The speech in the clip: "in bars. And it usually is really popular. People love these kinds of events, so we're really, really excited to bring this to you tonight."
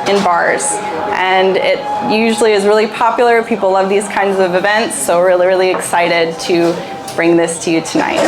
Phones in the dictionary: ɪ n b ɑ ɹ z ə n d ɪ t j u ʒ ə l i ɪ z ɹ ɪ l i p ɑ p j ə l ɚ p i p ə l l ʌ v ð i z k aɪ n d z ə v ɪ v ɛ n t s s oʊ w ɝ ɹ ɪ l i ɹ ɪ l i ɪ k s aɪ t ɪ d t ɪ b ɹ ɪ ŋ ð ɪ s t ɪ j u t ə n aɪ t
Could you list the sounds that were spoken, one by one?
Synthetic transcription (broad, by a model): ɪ n b ɑ ɹ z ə n ɪ t j u ʒ l i ɪ z ɹ ɪ l i p ɑ p j l ɚ p i p l l ʌ v ð i z k aɪ n d z ə v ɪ v ɛ n t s s oʊ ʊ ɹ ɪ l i ɹ ɪ l i ɪ k s aɪ t ɪ d t ɪ b ɹ ɪ ŋ ð ɪ s t ɪ j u t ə n aɪ t